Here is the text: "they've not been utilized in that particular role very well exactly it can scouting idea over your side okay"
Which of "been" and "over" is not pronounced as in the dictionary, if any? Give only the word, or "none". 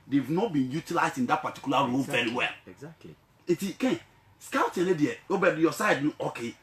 over